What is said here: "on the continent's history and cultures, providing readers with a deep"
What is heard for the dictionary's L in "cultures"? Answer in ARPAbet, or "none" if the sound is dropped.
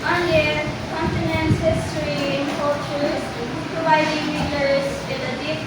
none